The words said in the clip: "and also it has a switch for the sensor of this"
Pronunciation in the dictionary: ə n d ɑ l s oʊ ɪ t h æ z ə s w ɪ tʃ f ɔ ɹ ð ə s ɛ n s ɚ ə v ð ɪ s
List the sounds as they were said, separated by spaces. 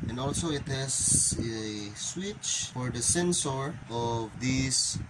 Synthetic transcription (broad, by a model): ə n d ɑ l s oʊ ɪ t h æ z ə s w ɪ tʃ f ɔ ɹ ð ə s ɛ n s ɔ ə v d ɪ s